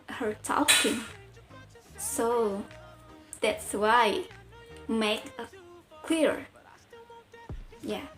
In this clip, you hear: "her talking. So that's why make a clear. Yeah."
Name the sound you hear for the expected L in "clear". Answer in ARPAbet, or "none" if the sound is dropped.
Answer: W